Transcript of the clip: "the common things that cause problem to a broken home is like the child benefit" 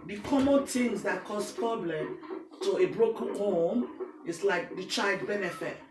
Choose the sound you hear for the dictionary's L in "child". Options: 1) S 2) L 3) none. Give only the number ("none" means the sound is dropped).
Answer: 2